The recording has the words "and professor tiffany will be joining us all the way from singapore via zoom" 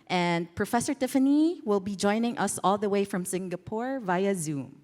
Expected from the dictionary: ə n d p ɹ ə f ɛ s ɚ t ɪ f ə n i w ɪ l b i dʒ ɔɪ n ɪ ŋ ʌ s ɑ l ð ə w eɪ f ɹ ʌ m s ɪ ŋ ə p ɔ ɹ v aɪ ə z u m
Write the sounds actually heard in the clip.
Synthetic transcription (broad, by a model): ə n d p ɹ ə f ɛ s ɚ t ɪ f ə n i w ɪ l b i dʒ ɔɪ n ɪ ŋ ʌ s ɑ l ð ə w eɪ f ɹ ʌ m s ɪ ŋ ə p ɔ ɹ v aɪ ə z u m